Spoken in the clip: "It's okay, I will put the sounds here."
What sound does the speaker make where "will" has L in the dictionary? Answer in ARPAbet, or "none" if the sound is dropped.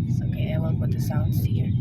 N